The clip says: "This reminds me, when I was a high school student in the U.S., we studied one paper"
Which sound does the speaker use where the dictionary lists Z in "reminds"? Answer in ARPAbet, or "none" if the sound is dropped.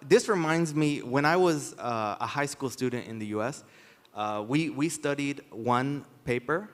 Z